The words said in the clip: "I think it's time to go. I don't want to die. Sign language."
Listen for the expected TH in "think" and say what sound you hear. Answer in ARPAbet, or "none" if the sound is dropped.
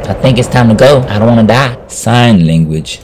TH